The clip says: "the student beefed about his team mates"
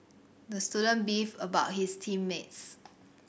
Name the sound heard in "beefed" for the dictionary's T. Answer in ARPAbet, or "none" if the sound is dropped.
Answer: none